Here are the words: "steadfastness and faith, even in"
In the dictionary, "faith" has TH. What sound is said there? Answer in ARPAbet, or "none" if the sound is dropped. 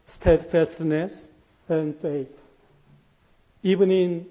S